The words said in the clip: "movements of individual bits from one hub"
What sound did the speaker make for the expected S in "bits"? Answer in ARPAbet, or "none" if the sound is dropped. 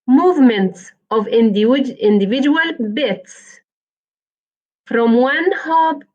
S